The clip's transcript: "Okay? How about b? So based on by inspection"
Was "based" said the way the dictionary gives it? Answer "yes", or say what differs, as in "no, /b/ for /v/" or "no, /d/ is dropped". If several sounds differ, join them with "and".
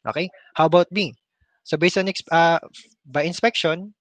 no, /t/ is dropped